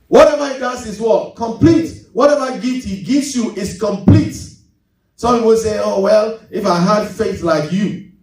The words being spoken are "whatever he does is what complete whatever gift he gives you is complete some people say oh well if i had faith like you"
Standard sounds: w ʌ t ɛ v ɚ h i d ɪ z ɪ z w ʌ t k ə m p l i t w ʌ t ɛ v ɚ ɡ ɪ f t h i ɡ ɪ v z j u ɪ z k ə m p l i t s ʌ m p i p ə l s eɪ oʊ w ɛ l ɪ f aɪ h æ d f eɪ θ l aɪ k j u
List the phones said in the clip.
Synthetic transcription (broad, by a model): w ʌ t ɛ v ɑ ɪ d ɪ s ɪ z w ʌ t k ə m p l i t w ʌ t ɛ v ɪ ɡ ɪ t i ɡ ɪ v s j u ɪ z k ə m p l i t s ʌ m b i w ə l s eɪ oʊ w ɛ l ɪ f aɪ h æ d f eɪ θ l aɪ k j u